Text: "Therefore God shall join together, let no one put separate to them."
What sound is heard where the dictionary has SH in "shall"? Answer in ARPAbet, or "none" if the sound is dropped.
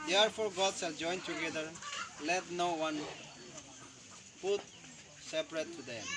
S